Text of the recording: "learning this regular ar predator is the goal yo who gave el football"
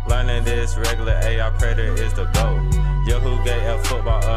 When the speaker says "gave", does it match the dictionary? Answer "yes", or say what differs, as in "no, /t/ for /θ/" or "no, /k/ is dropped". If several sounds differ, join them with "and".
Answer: no, /v/ is dropped